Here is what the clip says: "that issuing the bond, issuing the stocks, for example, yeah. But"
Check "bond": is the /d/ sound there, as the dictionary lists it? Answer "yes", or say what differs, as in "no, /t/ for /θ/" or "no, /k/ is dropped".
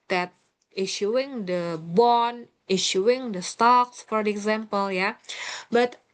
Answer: no, /d/ is dropped